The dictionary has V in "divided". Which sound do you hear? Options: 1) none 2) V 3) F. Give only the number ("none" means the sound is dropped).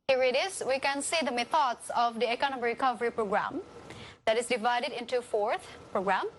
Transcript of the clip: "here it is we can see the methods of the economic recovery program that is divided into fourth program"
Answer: 2